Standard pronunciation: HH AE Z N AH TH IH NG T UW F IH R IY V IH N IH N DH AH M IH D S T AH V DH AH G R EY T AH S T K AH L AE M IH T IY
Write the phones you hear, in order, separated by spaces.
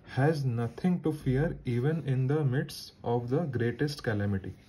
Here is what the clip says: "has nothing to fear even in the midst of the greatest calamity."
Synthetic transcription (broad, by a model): HH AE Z N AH T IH NG T UW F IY R IY V IH N IH N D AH M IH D S AH V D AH G R EY T AH S T K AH L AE M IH T IY